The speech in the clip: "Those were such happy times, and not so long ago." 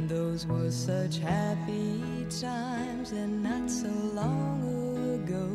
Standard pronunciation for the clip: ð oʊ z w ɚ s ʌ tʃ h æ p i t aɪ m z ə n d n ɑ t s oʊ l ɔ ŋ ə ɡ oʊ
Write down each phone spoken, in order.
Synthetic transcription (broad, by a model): ð oʊ z w ɚ s ʌ tʃ h æ p i t aɪ m z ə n n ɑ t s oʊ l ɔ ŋ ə ɡ oʊ